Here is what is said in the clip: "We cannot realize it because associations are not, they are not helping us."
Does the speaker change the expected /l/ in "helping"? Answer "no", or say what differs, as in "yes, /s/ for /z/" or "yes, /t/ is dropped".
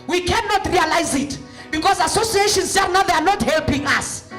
no